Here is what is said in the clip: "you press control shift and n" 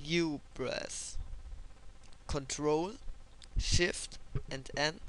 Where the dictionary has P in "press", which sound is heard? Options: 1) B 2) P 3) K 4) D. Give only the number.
1